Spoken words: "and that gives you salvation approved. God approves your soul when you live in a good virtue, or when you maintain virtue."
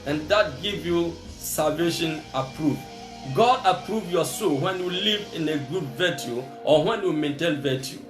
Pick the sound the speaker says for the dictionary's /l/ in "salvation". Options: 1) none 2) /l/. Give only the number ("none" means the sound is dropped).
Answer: 2